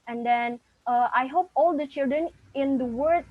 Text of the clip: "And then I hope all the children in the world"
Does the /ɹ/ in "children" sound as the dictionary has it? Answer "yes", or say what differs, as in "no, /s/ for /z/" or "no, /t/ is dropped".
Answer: yes